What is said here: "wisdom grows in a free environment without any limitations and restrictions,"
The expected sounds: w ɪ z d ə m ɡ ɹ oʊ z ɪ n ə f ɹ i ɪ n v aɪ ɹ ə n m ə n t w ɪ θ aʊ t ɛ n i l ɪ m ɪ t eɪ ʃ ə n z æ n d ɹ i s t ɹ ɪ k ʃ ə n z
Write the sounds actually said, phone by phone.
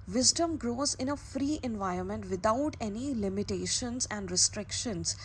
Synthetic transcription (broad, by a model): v ɪ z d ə m ɡ ɹ oʊ z ɪ n ə f ɹ i ɪ n v aɪ ɹ ə n m ə n t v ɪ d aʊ t ɛ n i l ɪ m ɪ t eɪ ʃ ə n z æ n d ɹ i s t ɹ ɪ k ʃ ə n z